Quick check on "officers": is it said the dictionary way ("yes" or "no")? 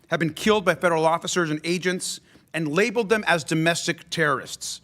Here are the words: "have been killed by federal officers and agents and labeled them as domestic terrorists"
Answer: yes